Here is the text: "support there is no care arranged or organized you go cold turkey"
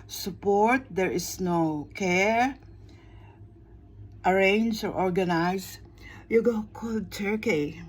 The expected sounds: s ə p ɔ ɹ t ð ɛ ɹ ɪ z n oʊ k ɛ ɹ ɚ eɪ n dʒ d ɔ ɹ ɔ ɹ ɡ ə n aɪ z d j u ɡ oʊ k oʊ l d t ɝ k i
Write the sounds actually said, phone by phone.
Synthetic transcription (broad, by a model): s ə p ɔ ɹ t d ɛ ɹ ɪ s n oʊ k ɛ ɹ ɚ eɪ n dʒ ɔ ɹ ɔ ɹ ɡ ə n aɪ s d j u ɡ oʊ k oʊ l d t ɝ k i